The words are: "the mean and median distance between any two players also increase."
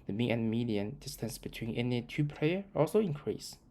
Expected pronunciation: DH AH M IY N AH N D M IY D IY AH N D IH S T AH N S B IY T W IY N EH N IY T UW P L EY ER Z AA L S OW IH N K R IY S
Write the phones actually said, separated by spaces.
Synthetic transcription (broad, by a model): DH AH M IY AH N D M IY D IY AH N D IH S T AH N S B IY T W IY N EH N IY T UW P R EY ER AA L S OW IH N K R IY S